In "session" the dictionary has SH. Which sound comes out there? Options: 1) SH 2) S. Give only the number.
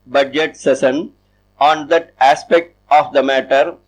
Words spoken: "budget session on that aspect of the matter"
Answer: 2